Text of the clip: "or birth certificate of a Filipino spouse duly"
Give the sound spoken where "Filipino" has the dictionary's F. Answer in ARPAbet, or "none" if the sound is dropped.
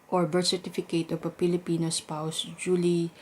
P